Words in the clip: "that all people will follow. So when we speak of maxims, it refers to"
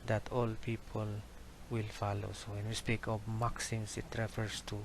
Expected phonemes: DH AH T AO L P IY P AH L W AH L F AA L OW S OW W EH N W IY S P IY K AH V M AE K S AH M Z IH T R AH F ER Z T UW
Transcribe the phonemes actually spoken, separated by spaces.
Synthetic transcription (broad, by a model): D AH T AO L P IY P AH L W AH L F AA L OW S OW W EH N W IY S P IY K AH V M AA K S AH M S IH T R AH F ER S T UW